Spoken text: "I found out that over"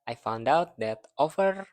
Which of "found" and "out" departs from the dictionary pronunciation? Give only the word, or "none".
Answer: none